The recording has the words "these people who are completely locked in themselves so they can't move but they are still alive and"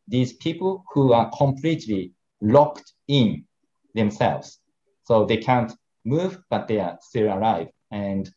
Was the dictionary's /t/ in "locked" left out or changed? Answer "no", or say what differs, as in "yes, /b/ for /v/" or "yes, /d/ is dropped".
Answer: no